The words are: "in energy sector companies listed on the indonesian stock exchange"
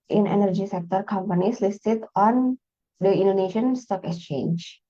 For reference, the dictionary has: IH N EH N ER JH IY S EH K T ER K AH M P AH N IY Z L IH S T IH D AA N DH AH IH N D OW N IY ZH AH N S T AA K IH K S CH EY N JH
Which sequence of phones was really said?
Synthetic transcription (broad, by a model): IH N EH N ER JH IY S EH K T ER K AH M P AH N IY S L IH S T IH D AA N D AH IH N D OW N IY SH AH N S T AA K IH K S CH EY N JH